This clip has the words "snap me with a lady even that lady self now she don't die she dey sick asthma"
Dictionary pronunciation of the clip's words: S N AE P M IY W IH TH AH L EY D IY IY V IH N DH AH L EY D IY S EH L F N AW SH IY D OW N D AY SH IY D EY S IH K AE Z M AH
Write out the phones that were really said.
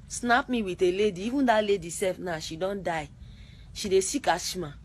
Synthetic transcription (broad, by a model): S N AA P M IY W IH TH AH L EY D IY IY V IH N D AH L EY D IY S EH F N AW SH IY D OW N D AY SH IY D EY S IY K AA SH M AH